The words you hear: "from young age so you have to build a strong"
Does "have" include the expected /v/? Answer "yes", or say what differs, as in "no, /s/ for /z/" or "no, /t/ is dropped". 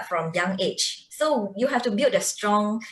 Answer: no, /f/ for /v/